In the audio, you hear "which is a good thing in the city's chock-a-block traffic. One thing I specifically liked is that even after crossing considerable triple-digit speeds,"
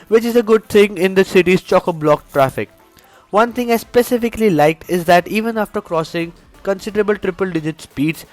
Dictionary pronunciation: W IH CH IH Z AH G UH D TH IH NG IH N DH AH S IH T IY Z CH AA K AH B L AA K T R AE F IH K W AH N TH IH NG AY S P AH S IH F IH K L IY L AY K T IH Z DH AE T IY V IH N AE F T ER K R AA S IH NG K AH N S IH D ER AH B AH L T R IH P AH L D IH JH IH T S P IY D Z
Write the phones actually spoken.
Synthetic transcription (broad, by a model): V IH CH IH Z AH G UH D T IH NG IH N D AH S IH T IY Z CH AA K AH B L AA K T R AE F IH K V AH N T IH NG AY S P AH S IH F IH K L IY L AY K T IH Z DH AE T IY V IH N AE F T ER K R AA S IH NG K AH N S IH D ER AH B AH L T R IH P AH L D IH JH IH T S P IY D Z